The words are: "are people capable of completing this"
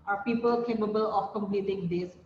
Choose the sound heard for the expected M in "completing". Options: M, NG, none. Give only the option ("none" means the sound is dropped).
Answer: M